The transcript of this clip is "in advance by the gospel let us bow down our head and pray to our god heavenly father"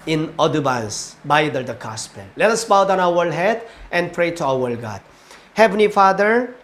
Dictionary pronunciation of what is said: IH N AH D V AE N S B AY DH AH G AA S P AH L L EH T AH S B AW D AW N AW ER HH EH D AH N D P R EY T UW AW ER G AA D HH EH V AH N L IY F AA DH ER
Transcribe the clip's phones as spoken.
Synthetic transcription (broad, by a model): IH N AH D B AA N S B AY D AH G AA S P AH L L EH T AH S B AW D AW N AW ER HH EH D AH N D P R EY T UW AW ER G AA D HH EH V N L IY F AA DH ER